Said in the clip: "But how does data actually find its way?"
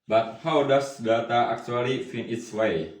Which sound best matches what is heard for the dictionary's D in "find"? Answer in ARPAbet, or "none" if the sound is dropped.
none